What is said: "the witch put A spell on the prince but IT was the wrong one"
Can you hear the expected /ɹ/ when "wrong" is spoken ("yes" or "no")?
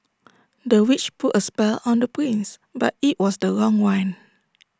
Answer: yes